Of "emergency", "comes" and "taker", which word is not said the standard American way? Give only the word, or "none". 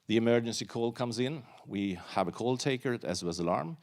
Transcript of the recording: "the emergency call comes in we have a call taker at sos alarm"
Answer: none